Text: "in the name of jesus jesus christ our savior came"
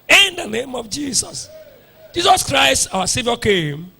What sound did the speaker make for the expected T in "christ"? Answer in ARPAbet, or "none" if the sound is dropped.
T